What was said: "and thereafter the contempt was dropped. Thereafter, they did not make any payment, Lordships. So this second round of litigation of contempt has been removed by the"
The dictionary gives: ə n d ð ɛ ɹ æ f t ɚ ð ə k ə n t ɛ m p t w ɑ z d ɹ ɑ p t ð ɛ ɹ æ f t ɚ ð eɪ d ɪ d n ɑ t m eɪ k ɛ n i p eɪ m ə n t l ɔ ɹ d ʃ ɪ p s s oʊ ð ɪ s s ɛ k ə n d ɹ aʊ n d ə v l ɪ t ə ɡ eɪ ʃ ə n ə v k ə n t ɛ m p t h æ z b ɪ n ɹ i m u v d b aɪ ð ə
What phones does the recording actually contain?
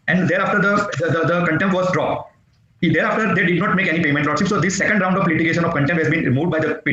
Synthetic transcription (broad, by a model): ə n d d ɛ ɹ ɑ f t ɚ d ə k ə n t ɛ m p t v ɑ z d ɹ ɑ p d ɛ ɹ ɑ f t ɚ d eɪ d ɪ d n ɑ t m eɪ k ɛ n i p eɪ m ə n t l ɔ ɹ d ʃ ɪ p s s oʊ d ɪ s s ɛ k ə n d ɹ aʊ n d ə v l ɪ t ə ɡ eɪ ʃ ə n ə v k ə n t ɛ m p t h æ z b ɪ n ɹ i m u v d b aɪ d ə